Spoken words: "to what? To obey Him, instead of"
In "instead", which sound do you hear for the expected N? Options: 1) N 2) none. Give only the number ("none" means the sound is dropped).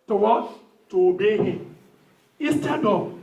2